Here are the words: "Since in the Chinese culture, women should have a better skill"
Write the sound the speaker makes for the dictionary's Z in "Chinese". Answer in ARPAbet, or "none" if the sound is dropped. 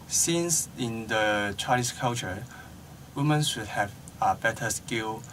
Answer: S